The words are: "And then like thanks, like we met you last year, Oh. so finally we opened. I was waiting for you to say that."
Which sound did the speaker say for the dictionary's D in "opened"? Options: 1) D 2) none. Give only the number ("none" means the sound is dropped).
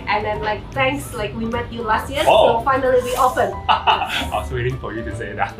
2